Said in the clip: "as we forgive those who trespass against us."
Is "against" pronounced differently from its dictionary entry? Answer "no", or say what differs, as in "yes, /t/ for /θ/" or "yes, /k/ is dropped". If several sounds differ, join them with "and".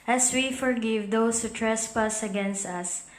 no